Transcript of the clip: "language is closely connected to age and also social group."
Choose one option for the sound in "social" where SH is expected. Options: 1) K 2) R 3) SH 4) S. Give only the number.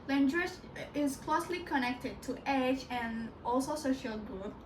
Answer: 3